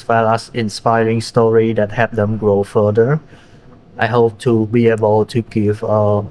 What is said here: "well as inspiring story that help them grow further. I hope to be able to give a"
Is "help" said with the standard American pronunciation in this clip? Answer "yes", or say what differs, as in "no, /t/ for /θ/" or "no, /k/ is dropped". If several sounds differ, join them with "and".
no, /l/ is dropped